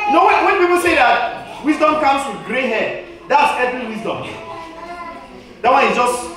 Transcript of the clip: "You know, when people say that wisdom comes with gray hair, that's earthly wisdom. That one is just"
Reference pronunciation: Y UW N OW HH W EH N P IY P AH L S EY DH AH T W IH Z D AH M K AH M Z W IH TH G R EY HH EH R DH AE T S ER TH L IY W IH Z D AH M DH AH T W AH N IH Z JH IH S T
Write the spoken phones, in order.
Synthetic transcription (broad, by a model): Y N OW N W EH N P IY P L S EY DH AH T W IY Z D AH M K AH M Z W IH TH G R EY HH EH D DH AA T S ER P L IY W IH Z D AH M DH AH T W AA IH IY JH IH S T